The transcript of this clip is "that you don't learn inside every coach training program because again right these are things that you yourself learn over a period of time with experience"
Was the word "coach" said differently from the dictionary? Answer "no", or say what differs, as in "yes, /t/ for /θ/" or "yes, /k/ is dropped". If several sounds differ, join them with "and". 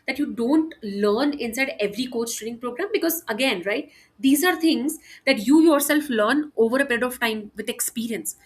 yes, /s/ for /tʃ/